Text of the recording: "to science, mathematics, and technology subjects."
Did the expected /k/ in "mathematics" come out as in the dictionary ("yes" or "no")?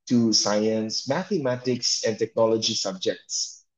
yes